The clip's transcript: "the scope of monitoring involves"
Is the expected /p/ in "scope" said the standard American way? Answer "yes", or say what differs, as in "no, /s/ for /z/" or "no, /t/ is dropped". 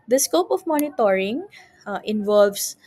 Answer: yes